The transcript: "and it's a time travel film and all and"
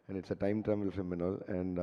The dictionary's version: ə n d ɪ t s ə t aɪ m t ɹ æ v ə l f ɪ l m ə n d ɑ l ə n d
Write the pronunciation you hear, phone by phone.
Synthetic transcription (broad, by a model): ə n d ɪ t s ə t aɪ m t ɹ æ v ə l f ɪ m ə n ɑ l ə n d